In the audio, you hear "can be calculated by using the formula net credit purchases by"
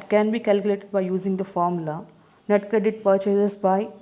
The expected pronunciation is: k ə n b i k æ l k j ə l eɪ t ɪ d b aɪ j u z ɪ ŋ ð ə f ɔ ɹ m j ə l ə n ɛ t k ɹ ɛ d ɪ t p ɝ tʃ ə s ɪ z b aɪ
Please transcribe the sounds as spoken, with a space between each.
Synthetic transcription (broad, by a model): k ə n b i k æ l k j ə l eɪ t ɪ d b aɪ j u z ɪ ŋ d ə f ɔ ɹ m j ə l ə n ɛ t k ʌ d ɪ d p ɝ tʃ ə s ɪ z b aɪ